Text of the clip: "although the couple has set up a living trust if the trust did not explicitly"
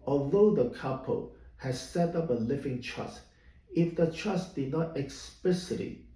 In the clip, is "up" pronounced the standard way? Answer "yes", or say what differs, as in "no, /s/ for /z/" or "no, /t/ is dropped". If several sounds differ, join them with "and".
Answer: yes